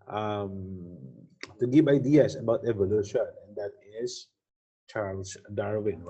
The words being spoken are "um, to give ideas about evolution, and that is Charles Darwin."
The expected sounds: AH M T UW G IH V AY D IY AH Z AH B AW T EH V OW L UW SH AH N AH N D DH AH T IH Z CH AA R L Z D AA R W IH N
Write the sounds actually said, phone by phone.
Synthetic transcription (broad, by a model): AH M T UW G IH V AY D IY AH S AH B AW T EH V OW L UW SH AH N AH N D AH T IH S CH AA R L S D AA R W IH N